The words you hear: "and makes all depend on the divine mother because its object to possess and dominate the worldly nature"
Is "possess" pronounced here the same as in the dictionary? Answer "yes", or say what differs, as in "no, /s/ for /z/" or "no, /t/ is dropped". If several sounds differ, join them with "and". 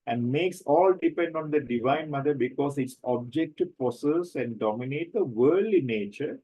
no, /s/ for /z/